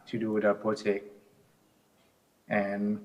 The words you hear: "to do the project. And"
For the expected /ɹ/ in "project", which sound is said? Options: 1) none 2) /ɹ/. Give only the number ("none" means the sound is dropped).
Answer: 1